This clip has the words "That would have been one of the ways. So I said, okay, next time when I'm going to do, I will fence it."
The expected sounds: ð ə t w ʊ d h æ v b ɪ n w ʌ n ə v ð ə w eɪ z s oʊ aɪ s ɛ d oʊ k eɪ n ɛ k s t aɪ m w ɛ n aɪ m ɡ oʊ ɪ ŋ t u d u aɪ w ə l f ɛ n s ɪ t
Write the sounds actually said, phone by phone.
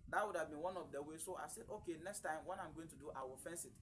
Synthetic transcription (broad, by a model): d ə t w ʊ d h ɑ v b ɪ n w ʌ n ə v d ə w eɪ s oʊ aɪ s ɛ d oʊ k eɪ n ɛ k s t aɪ m w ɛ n aɪ m ɡ oʊ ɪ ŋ t u d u aɪ w ə l f ɛ n s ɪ t